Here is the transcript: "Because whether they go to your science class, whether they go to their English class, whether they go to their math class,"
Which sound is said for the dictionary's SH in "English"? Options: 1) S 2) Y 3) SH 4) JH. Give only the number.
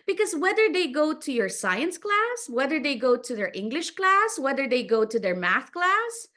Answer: 3